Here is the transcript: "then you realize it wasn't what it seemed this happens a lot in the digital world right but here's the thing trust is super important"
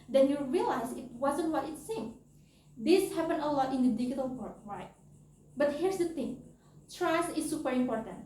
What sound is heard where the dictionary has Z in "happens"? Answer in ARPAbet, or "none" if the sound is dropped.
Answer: none